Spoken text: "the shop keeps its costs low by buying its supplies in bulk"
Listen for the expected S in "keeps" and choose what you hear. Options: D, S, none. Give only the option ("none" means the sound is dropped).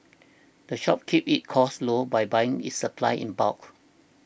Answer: none